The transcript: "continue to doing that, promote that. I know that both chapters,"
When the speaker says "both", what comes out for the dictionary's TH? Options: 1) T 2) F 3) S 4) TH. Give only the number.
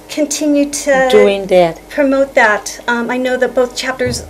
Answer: 4